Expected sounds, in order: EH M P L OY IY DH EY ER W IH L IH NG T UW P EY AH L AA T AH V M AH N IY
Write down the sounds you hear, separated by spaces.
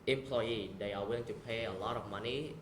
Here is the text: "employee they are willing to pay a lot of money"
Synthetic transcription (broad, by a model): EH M P L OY IY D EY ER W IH IH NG T UW P EY AH L AA T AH F M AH N IY